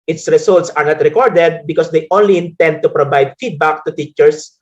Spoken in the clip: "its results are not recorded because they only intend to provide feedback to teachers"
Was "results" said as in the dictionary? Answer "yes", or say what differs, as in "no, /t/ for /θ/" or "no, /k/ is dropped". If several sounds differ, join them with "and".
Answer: no, /s/ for /z/